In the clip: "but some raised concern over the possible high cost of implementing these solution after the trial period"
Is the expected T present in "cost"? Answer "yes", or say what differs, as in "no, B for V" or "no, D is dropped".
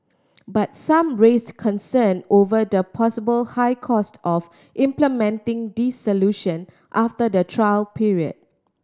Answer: yes